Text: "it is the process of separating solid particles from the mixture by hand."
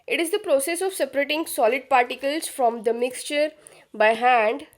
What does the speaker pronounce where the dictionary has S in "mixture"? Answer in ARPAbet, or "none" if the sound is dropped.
S